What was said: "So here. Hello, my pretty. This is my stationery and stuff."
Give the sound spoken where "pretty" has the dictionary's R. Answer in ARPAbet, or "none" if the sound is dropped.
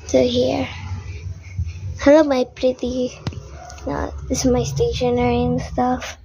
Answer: R